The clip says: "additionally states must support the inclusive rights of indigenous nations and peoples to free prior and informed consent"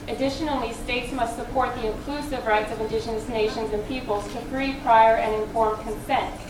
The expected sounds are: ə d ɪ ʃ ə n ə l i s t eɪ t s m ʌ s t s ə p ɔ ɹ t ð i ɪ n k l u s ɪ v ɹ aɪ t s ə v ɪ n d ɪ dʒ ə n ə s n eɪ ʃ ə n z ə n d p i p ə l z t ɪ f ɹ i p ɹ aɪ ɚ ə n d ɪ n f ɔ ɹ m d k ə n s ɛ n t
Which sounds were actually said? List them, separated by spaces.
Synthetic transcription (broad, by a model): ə d ɪ ʃ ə n l i s t eɪ t s m ʌ s t s ə p ɔ ɹ t ð i ɪ n k l u s ɪ v ɹ aɪ t s ə v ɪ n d ɪ ʃ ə n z n eɪ ʃ ə n z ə n p i p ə l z t ɪ f ɹ i p ɹ aɪ ɚ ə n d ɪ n f ɔ ɹ m k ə n s ɛ n t